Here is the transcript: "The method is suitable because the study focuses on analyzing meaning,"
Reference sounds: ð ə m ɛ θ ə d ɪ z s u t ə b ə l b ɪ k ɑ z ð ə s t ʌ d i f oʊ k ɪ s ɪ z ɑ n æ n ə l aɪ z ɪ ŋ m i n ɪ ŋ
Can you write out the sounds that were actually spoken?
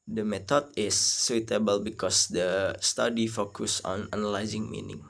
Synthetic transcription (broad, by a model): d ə m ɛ t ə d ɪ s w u t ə b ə l b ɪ k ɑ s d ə s t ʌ d i f oʊ k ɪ s ɑ n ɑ n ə l aɪ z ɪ ŋ m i n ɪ ŋ